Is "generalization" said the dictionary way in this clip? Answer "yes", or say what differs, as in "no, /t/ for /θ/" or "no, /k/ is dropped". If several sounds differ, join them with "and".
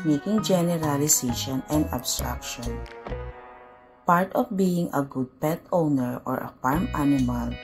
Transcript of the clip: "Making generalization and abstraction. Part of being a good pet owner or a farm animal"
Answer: no, /s/ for /z/